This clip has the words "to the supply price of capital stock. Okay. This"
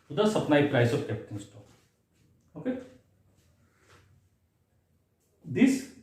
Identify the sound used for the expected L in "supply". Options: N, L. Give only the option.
N